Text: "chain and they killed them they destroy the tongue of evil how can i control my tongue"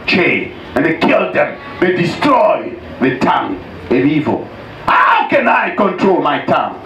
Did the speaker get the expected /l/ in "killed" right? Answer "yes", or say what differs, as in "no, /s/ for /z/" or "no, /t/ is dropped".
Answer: yes